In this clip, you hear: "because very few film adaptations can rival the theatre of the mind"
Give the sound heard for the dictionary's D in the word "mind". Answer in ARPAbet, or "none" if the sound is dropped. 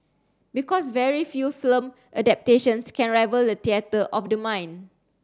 none